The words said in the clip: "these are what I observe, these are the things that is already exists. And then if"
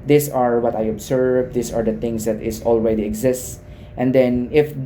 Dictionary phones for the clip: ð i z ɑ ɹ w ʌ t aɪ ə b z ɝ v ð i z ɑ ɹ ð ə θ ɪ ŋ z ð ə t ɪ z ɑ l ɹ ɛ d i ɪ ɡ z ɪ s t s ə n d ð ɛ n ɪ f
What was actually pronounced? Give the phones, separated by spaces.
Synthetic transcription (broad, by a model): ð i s ɑ ɹ w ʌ t aɪ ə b s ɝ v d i s ɑ ɹ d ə t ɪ ŋ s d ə t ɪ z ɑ l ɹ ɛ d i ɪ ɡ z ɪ s t s ə n d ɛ n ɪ f